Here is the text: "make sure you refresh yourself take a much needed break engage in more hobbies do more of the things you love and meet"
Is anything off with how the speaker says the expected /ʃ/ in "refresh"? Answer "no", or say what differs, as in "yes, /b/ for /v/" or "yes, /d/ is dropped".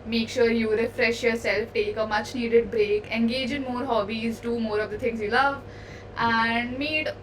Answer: no